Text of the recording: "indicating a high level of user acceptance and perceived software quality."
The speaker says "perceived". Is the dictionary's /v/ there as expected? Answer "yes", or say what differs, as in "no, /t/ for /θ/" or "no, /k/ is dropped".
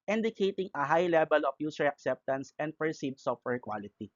no, /v/ is dropped